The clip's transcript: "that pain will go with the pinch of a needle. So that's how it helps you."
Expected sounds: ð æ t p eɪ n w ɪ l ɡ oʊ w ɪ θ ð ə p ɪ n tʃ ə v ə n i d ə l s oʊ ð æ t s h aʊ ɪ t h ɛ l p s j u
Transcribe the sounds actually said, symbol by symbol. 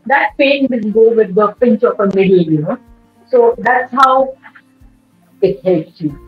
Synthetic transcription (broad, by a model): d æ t p eɪ n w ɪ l ɡ oʊ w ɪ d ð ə p ɪ n tʃ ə f ə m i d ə n s oʊ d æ t s h aʊ ɪ t h ɛ l p s j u